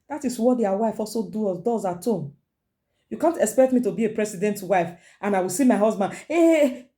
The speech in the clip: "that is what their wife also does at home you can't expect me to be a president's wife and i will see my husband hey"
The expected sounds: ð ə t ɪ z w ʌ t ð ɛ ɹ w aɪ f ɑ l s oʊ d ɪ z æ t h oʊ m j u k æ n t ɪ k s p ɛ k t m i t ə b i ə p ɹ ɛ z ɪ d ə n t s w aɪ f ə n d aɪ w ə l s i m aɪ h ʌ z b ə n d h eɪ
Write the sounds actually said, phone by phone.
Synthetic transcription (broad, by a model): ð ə t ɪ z w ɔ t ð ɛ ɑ w aɪ f ɑ l s oʊ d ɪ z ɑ t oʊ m j u k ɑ n t ɪ k s p ɛ k t m i t ə b i ə p ɹ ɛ s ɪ d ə n t w aɪ f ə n aɪ w ə l s i m aɪ h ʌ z b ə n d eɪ